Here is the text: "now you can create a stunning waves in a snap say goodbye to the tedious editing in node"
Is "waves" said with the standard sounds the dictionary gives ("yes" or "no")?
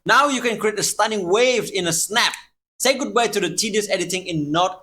no